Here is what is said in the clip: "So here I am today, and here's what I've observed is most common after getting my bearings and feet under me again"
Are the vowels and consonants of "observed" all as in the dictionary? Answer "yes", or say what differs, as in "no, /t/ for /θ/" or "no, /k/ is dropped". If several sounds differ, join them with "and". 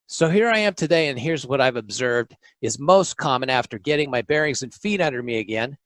yes